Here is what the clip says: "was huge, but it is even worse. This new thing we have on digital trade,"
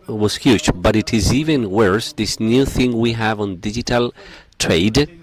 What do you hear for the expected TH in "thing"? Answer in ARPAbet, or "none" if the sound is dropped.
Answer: TH